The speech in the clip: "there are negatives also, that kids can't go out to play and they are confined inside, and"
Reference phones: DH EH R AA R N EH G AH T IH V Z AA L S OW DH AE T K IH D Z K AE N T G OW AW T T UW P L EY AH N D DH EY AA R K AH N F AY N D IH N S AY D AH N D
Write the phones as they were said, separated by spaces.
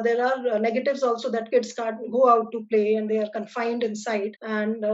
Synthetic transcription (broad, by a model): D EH R AA R N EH G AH T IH V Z AA L S OW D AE T K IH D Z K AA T G OW AW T T UW P L EY AH N D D EY AA R K AH N F AY N D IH N S AY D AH N D